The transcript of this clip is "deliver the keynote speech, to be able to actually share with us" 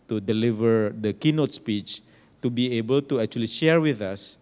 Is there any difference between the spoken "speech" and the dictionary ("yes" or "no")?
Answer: no